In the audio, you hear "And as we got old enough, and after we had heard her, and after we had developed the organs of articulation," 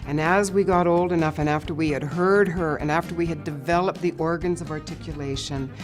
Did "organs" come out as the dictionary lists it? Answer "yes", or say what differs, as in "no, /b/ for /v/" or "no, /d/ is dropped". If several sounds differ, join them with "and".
yes